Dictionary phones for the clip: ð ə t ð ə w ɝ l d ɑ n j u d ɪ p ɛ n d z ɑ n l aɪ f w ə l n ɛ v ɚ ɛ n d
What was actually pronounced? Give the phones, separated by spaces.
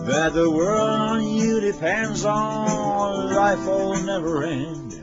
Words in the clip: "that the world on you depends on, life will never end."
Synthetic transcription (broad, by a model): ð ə t ð ə w ɝ l d n j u d ɪ p ɛ n d z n l aɪ f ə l n ɛ v ɚ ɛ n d